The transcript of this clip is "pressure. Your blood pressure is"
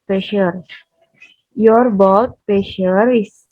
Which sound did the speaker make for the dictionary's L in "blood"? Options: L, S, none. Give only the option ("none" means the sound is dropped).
none